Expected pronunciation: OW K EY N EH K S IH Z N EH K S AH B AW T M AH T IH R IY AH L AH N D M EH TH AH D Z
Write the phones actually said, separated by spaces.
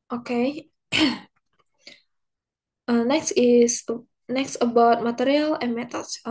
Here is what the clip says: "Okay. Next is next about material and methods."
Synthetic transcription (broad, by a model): OW K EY N EH K S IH S N EH K S AH B AW T M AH T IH R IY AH L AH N M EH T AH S